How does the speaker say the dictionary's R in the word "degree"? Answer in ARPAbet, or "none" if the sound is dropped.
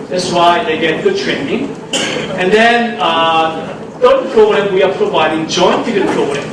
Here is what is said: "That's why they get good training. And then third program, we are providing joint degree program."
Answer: none